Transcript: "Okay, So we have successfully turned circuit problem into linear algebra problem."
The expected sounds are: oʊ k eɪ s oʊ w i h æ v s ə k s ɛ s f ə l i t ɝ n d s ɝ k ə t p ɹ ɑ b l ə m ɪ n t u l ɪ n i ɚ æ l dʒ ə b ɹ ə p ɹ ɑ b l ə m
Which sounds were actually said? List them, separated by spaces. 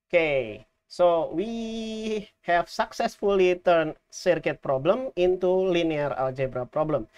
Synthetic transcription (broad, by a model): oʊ k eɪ s oʊ w i h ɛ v s ə k s ɛ s f ə l i t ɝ n s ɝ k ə t p ɹ ɑ b l ə m ɪ n t u l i n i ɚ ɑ l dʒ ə b ɹ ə p ɹ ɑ b l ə m